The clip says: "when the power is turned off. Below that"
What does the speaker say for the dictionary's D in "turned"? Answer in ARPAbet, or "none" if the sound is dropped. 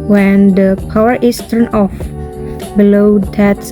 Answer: none